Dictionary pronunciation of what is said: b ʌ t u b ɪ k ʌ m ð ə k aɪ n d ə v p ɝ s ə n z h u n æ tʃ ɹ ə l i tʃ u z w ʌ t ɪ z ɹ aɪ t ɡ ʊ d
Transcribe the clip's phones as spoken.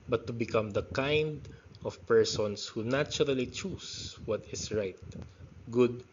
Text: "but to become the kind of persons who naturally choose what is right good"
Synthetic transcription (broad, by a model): b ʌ t u b ɪ k ʌ m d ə k aɪ n d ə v p ɝ s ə n s h u n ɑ tʃ ɹ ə l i tʃ u s w ʌ t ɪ s ɹ aɪ t ɡ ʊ d